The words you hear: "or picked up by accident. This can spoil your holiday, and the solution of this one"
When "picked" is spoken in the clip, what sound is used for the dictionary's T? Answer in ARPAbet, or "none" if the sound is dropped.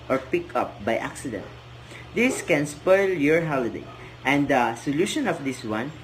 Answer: none